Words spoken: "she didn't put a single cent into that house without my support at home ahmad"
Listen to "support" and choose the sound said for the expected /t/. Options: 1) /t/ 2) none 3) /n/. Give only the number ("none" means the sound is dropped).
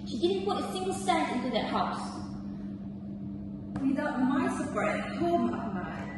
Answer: 2